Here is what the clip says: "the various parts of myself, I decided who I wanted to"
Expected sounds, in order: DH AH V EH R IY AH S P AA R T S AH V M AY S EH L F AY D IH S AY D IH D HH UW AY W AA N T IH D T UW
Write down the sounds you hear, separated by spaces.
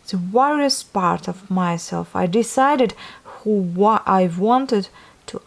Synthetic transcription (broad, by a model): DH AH W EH R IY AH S P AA R T AH V M AY S EH L F AY D IH S AY D IH D HH UW AY W AA N T IH D T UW